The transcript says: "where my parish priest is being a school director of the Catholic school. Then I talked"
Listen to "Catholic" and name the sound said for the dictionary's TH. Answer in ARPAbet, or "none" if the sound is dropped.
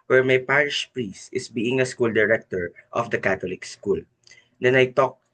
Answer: T